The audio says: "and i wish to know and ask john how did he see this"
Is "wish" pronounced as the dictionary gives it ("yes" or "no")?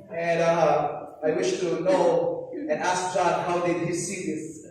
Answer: yes